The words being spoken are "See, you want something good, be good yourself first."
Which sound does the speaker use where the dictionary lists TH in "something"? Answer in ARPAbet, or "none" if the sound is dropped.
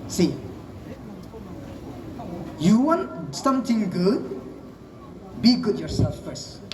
T